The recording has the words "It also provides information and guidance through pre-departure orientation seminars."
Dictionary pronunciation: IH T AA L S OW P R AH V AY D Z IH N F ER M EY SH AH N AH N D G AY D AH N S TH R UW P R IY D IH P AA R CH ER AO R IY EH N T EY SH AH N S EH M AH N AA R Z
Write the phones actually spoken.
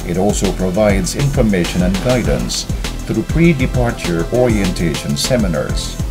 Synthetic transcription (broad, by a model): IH T AA L S OW P R AH V AY D Z IH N F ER M EY SH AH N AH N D G AY D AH N S TH R UW P R IY D IH P AA R CH ER AO R IY EH N T EY SH AH N S EH M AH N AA R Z